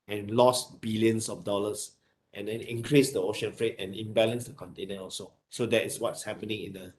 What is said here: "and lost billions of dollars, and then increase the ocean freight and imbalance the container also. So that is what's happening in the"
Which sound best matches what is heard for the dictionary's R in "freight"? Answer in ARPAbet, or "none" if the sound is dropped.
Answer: R